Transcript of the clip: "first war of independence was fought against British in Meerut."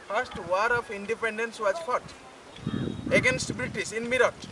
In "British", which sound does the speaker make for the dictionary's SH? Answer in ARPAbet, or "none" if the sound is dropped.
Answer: S